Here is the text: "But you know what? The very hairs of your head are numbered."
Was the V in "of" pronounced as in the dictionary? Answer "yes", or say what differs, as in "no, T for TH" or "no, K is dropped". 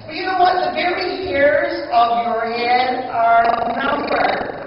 yes